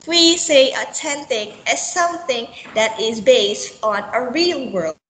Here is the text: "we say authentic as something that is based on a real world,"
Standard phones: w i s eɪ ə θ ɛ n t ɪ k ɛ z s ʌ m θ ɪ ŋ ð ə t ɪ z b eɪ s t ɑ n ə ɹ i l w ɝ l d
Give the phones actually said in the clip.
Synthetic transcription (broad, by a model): w i s eɪ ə t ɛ n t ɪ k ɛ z s ʌ m θ ɪ ŋ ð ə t ɪ z b eɪ s t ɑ n ə ɹ i l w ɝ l